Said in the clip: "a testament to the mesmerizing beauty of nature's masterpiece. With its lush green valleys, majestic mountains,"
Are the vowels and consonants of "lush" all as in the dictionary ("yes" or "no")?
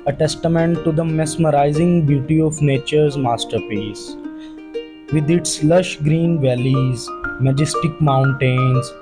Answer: yes